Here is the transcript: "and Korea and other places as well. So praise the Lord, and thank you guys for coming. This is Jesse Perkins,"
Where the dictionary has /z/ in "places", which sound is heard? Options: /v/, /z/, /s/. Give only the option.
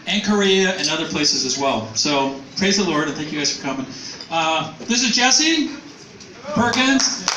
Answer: /z/